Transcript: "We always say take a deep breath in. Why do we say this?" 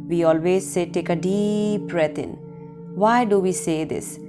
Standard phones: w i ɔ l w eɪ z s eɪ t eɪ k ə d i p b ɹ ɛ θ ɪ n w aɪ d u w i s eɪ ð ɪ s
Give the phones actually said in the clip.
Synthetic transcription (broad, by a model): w i ɔ l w eɪ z s eɪ t eɪ k ə d i p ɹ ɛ t ɪ n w aɪ d u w i s eɪ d ɪ s